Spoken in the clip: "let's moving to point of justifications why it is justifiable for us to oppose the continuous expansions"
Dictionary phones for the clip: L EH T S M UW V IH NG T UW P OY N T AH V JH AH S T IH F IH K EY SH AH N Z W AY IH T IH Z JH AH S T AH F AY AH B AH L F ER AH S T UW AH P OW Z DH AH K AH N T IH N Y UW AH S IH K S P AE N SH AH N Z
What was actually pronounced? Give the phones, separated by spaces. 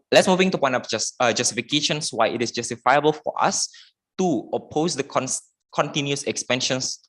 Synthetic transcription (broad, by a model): L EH T S M UW V IH NG T UW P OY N AH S JH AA S T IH F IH K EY SH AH N S W AY IH T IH S JH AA S T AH F AY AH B AH L F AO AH S T UW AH P OW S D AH K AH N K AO N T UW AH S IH K S P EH N SH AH N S